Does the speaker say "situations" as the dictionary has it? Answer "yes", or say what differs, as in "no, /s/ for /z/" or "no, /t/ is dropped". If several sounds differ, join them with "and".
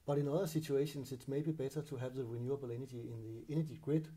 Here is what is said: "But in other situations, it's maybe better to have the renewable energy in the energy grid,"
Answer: no, /s/ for /z/